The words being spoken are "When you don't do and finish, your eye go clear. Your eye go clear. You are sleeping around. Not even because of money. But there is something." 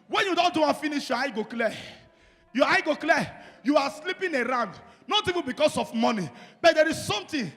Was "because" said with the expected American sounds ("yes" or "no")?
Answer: no